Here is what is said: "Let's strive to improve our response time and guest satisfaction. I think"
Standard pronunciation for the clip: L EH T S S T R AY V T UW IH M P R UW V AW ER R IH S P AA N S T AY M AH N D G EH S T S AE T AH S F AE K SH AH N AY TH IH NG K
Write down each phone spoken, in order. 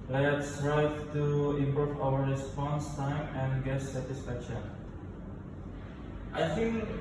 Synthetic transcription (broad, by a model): L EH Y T S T R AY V T UW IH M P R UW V AW ER R IH S P AA N S T AY M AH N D G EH T S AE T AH S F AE K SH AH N AY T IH NG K